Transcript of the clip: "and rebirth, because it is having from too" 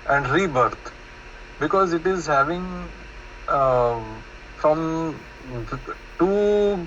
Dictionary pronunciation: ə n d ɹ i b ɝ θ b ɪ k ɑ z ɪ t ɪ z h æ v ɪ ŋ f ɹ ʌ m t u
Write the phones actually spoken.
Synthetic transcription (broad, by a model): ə n d ɹ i b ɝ t b ɪ k ɑ z ɪ t ɪ z h æ v ɪ ŋ f ɹ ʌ m t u